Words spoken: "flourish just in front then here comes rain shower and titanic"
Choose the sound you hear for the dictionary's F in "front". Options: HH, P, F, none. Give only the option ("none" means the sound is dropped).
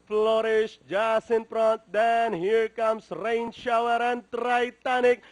P